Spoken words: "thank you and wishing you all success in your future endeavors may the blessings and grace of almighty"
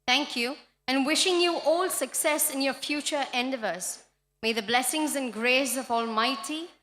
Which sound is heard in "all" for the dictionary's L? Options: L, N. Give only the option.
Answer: L